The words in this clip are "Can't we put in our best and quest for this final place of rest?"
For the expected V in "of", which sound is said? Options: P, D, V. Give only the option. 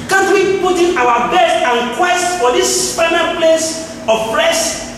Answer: P